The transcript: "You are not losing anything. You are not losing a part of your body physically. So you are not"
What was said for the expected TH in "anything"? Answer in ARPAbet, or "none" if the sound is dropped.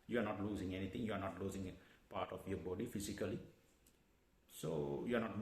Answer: T